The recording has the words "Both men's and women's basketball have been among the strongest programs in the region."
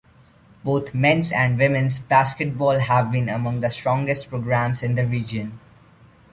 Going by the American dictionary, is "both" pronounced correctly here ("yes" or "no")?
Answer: no